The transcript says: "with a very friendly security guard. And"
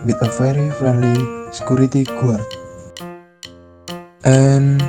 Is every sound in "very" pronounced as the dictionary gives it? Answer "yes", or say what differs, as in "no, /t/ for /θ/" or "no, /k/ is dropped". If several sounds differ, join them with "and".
no, /f/ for /v/